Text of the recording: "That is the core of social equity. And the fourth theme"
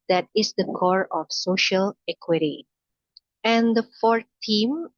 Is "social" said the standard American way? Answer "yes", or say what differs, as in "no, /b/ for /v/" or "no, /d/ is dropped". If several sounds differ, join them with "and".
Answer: yes